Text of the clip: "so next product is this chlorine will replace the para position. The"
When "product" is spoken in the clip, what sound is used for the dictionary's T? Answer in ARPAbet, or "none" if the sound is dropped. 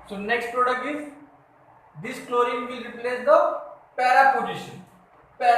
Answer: none